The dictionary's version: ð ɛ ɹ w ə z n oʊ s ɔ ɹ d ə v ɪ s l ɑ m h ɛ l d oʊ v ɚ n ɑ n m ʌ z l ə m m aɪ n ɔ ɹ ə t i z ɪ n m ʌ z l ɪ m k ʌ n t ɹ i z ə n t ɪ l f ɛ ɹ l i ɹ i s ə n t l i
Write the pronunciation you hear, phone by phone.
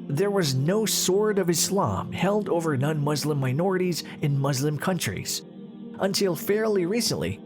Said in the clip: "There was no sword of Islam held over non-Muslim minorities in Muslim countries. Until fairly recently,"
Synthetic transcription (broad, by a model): ð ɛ ɹ w ə z n oʊ s ɔ ɹ d ə v ɪ s l ɑ m h ɛ l d oʊ v ɚ n ɑ n m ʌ z l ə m m aɪ n ɔ ɹ ə t i z ɪ n m ʌ z l ɪ m k ʌ n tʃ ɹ i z ə n t ɪ l f ɛ ɹ l i ɹ i s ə n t l i